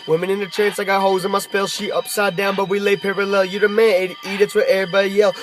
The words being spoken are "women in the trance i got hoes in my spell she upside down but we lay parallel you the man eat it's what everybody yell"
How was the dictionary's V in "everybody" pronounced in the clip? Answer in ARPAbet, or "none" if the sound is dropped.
none